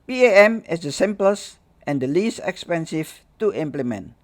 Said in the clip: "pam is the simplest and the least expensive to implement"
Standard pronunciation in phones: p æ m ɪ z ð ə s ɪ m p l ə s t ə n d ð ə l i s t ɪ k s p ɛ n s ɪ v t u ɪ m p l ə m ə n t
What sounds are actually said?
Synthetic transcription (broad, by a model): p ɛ m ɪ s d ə s ɪ m p l ə s t ə n d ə l i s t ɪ k s p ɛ n s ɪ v t u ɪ m p l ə m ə n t